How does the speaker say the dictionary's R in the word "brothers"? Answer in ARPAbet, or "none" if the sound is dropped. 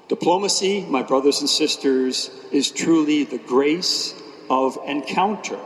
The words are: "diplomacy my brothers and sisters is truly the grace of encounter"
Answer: R